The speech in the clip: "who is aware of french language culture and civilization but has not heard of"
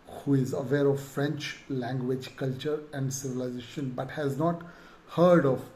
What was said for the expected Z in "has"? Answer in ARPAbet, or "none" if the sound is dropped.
Z